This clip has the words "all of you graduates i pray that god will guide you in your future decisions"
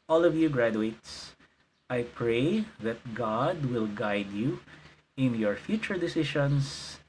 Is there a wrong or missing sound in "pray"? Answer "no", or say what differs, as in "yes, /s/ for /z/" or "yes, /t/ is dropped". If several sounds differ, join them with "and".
no